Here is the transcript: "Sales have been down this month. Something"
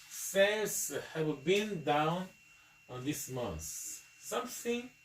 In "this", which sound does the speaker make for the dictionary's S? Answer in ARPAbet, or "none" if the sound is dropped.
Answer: S